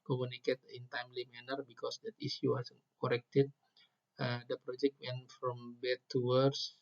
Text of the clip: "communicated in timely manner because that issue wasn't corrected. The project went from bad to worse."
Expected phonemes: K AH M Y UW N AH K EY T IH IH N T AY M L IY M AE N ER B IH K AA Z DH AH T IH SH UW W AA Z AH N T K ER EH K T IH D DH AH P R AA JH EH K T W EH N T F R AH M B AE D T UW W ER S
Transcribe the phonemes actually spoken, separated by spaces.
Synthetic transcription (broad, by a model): K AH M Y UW N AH K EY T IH IH N T AY M L IY M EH N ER B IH K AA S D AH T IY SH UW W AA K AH T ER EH K T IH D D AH P R AA JH EH K T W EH N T F R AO M B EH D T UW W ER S